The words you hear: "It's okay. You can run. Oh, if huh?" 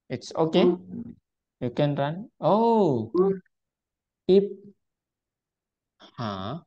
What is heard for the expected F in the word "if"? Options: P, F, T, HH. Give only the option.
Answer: P